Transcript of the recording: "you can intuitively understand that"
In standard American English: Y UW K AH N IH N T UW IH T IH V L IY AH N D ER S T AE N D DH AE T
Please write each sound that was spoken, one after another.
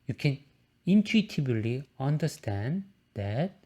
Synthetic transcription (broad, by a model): Y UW K AH N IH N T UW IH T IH B L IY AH N D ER S T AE N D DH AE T